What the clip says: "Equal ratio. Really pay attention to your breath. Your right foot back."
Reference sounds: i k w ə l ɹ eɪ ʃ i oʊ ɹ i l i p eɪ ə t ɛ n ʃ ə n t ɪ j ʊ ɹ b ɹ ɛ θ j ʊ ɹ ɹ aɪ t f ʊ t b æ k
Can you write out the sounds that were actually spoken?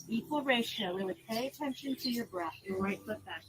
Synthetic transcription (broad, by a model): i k w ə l ɹ eɪ ʃ i oʊ w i w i p eɪ ə t ɛ n ʃ ə n t ɪ j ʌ ɹ b ɹ ɛ θ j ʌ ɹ ɹ aɪ t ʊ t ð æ